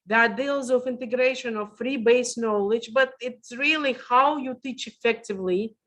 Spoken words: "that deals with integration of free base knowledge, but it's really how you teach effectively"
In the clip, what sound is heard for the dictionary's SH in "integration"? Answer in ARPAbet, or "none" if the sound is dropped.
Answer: SH